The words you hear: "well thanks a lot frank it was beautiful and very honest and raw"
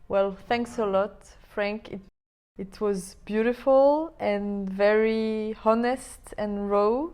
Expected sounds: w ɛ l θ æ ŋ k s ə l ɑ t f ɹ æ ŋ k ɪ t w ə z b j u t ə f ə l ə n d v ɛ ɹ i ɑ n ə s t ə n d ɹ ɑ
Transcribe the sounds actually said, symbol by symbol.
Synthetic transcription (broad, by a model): w ɛ l θ æ ŋ k s ə l ɑ t f ɹ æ ŋ k ɪ t w ə z b j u t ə f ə l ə n v ɛ ɹ i ɑ n ə s t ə n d ɹ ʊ